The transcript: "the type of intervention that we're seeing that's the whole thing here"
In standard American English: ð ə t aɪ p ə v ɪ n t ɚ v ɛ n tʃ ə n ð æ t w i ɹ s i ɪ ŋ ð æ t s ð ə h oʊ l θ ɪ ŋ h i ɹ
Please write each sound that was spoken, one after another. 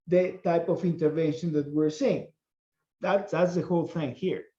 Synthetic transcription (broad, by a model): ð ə t aɪ p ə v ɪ n t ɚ v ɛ n ʃ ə n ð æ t w i ɹ s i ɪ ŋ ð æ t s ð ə h oʊ l θ ɪ ŋ h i ɹ